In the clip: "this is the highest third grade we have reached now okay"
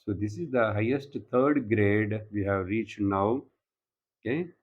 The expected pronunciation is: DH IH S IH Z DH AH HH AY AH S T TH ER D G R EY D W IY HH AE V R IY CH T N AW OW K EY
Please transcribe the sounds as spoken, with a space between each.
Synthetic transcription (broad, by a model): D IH S IH Z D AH HH AY AH S T T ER D G R EY D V IY HH AE V R IY CH T N AW OW K EY